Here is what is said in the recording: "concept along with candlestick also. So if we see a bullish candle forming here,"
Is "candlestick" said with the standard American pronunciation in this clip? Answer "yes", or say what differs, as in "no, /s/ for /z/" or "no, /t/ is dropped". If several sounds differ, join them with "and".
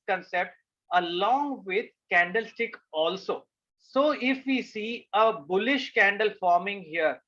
yes